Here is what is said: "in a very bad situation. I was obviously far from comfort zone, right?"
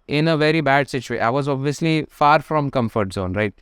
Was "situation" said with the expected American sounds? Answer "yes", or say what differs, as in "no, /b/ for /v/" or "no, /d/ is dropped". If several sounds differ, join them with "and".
no, /n/ is dropped